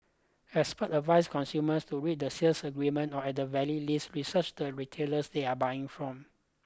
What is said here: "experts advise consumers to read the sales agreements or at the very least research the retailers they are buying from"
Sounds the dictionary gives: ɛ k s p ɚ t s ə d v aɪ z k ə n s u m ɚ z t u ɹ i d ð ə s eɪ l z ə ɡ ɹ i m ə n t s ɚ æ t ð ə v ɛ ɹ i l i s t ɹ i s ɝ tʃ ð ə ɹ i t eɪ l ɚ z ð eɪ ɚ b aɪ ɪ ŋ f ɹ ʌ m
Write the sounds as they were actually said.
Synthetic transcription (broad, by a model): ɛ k s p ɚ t ə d v aɪ s k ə n s u m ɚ s t u ɹ i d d ə s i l s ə ɡ ɹ i m ə n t ɔ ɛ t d ə v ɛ l i l i s t ɹ i s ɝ tʃ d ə ɹ i t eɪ l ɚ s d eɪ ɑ b aɪ ɪ ŋ f ɹ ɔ m